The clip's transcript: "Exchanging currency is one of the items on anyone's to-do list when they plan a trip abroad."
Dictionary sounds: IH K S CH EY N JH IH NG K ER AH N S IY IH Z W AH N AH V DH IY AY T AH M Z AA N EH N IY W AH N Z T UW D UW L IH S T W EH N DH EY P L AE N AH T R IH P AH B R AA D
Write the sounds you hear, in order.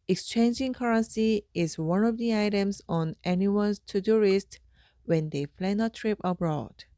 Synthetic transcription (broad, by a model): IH K S CH EY N JH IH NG K ER AH N S IY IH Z W AH N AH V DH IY AY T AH M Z AA N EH N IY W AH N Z T UW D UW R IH S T W EH N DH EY F L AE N AH T R IH P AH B R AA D